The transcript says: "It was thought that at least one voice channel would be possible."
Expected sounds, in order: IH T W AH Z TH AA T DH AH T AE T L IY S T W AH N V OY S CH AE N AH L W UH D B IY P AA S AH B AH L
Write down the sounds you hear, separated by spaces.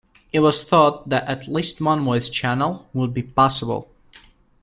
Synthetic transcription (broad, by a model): IH T W AH Z TH AA T DH AH T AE T L IY S T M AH N W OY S CH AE N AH L W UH D B IY P AA S AH B AH L